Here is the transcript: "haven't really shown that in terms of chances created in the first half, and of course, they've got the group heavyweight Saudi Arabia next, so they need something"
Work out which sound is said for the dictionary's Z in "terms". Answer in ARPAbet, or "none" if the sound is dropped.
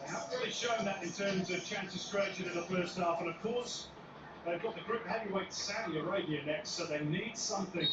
Z